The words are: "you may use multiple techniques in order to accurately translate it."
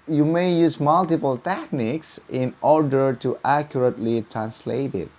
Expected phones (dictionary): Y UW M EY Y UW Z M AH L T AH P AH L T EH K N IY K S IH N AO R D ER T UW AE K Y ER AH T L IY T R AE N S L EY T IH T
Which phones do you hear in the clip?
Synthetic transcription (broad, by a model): Y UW M EY Y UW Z M AH L T AH P AH L T EH K N IY K S IH N AO R D ER T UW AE K Y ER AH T L IY T R AE N S L EY T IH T